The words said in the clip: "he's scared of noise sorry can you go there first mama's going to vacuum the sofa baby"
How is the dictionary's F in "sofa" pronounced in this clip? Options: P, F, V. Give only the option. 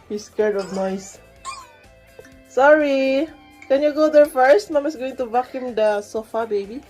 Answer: F